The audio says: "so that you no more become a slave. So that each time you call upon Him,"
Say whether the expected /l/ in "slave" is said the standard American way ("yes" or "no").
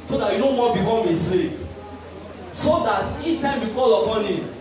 no